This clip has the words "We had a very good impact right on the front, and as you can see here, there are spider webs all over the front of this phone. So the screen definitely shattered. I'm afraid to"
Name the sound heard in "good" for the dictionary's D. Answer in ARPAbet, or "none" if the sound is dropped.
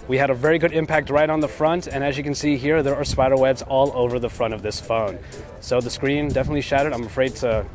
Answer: D